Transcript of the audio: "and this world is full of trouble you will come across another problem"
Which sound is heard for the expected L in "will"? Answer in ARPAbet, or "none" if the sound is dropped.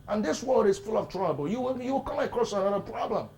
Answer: W